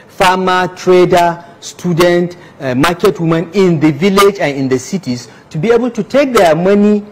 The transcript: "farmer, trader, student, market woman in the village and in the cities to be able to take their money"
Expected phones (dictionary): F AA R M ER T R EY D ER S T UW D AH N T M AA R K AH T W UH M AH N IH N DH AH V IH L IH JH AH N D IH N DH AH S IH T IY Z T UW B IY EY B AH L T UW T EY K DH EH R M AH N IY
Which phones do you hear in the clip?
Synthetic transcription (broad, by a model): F AA M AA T R EY D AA S T UW D AH N T M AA K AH T W UH M AH N IH N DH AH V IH L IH JH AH N IH N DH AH S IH T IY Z T UW B IY EY B AH L T UW T EY K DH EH M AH N IY